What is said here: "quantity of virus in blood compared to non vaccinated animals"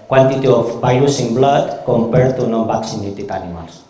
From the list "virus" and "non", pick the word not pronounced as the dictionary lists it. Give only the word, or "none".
virus